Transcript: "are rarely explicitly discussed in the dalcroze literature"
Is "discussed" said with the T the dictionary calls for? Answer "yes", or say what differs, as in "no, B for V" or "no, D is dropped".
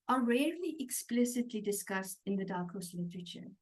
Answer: yes